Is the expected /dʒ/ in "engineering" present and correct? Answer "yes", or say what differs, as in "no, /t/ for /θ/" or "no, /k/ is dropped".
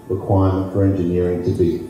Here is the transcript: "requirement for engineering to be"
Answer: yes